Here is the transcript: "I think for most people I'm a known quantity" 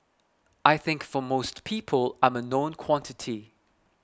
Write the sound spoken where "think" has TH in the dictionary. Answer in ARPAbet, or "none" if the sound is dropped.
TH